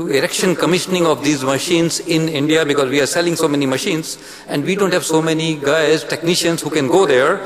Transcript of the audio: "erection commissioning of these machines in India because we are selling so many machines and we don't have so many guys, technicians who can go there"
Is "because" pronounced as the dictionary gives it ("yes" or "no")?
yes